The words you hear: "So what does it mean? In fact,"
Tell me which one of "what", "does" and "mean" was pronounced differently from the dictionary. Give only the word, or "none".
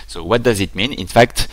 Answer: none